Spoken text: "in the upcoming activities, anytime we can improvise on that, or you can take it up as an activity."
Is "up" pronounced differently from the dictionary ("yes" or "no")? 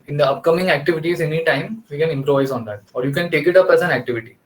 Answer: no